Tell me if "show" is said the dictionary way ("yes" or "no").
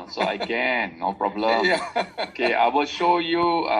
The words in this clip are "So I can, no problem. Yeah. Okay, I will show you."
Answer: yes